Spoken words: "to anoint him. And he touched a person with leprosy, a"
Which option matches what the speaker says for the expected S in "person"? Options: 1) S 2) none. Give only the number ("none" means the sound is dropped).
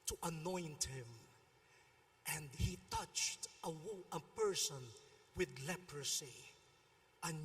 1